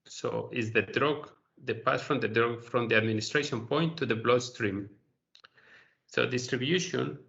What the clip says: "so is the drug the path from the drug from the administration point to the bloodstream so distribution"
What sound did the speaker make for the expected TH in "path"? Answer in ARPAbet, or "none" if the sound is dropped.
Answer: S